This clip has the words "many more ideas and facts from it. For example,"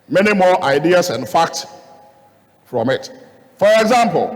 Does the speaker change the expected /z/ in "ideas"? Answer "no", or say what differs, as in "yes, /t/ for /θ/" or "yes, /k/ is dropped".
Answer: yes, /s/ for /z/